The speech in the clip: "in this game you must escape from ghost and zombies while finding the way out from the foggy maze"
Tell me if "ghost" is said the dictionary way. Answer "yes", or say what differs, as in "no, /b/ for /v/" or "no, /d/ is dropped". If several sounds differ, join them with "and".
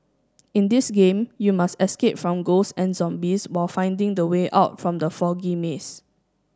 no, /t/ is dropped